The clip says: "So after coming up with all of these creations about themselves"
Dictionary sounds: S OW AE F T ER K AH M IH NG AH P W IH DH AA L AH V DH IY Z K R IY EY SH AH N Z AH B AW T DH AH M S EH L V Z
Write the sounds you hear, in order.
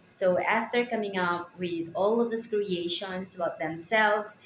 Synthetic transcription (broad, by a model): S OW AE F T ER K AH M IH NG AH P W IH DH AA L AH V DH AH S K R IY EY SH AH N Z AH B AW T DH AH M S EH L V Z